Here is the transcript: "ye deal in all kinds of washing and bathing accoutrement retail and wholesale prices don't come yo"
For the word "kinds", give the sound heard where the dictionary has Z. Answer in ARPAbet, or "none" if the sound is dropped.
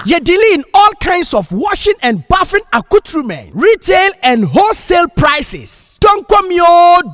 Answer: S